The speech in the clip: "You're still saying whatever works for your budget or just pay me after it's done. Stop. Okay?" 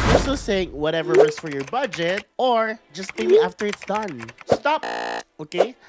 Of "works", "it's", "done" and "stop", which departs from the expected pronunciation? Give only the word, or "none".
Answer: works